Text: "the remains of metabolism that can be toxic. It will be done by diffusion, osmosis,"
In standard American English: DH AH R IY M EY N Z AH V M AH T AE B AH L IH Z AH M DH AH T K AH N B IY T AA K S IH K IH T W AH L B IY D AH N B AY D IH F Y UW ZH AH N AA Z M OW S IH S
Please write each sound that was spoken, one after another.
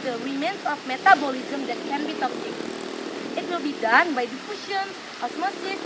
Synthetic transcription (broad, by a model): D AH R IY M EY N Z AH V M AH T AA B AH L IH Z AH M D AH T K AH N B IY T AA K IH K IH T W AH L B IY D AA N B AY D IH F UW SH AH N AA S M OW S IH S